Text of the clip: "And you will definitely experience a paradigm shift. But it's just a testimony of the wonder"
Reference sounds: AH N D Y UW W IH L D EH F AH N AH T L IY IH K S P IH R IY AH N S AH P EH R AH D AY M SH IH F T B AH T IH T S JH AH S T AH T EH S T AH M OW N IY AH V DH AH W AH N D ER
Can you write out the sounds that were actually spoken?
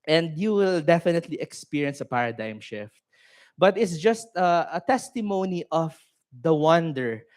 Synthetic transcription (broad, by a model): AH N D Y UW W IH L D EH F AH N AH T L IY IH K S P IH R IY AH N S AH P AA R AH D AY M SH IH F T B AH T IH T S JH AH S T AH T EH S T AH M OW N IY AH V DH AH W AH N D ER